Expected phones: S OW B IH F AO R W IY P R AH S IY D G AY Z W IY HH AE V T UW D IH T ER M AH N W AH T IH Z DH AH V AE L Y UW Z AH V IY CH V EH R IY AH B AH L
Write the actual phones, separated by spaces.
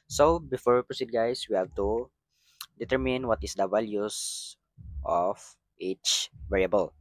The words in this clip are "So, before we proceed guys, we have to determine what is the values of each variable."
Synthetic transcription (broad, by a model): S OW B IH F AO R W IY P R AH S IY D G AY S W IY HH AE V T UW D IH T ER M AH N W AH T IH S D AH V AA L Y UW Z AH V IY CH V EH R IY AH B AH L